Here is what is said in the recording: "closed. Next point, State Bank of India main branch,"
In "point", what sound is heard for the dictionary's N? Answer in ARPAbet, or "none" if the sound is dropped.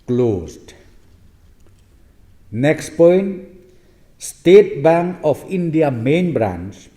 N